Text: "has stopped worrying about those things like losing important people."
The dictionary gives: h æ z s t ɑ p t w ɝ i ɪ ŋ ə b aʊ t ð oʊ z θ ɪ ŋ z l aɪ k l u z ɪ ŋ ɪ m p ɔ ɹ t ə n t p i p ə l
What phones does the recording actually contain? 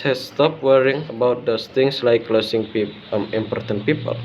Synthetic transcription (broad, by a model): h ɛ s s t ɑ p w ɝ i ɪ ŋ ə b aʊ t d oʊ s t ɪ ŋ s l aɪ k l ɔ s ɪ ŋ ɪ m p ɔ ɹ t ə n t p i p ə l